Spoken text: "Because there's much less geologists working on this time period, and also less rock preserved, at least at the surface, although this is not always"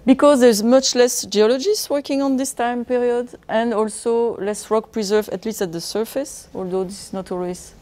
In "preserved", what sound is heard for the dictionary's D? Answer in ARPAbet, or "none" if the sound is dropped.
none